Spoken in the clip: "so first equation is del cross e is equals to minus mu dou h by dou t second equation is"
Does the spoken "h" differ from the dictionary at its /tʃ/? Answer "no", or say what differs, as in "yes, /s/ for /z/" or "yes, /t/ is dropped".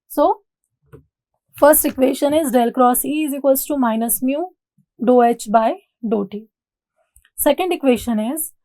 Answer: no